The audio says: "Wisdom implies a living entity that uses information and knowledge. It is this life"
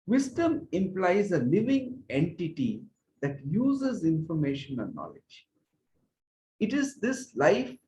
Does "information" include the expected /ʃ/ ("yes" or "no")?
yes